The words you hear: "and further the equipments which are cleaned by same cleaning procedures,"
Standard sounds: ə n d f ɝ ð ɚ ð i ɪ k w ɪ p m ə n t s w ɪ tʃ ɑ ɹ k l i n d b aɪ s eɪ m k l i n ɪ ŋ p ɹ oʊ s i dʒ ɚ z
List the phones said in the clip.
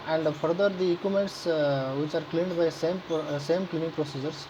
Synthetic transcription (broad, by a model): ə n d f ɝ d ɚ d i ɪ k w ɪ m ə n t s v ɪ tʃ ɑ ɹ k l i n d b aɪ s eɪ m k l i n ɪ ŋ p ɹ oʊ s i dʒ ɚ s